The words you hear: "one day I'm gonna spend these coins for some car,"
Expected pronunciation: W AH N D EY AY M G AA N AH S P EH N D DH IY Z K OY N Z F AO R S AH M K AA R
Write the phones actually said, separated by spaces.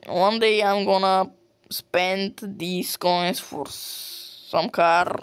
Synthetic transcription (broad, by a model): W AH N D EY AY M G AA N AH S P EH N D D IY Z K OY N S F AO R S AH M K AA R